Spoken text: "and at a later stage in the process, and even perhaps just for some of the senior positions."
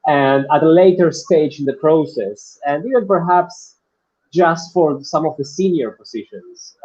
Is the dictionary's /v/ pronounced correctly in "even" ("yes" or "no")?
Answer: no